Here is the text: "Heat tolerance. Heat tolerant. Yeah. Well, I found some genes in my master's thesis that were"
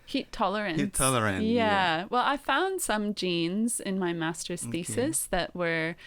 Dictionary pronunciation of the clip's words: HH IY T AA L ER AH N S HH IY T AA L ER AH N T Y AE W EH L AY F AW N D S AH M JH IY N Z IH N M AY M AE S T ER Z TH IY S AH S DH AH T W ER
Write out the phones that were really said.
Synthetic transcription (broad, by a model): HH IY T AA L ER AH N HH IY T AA L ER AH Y Y AE W EH L AY F AW N D S AH M JH IY N Z IH N M AY M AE S T ER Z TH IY S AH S DH AH T W ER